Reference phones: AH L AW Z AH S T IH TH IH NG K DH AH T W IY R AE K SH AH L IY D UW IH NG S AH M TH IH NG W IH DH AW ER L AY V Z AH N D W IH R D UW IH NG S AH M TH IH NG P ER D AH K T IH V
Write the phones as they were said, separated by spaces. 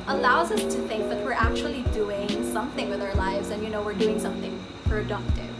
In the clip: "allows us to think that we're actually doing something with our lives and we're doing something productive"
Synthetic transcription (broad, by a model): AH L AW Z AH S T IH TH IH NG K DH AH T W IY R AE K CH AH L IY D UW IH NG S AH M TH IH NG W IH DH AW ER L AY V Z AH N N W IH R D UW IH NG S AH M TH IH NG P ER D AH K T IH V